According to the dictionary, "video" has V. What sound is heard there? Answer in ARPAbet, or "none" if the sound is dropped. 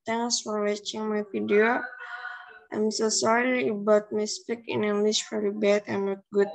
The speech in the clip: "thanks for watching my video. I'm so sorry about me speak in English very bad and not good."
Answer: F